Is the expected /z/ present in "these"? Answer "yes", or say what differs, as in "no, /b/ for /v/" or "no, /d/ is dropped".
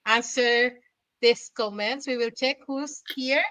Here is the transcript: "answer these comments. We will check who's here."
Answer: no, /s/ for /z/